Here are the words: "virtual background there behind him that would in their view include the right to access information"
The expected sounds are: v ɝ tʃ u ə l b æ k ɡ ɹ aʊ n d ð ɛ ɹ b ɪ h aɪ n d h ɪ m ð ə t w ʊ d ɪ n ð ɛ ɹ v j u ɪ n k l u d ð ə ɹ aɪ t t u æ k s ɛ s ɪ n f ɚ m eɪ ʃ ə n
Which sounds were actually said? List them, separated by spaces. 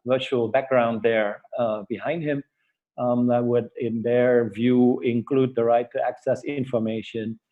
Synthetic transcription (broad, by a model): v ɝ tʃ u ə l b æ k ɡ ɹ aʊ n d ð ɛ ɹ b ɪ h aɪ n d h ɪ m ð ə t w ʊ d ɪ n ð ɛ ɹ v j u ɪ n k l u d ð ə ɹ aɪ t t u æ k s ɛ s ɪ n f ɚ m eɪ ʃ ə n